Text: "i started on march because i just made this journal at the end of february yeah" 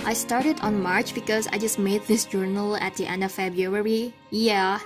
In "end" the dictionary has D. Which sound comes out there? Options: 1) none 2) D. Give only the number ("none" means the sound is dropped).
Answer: 2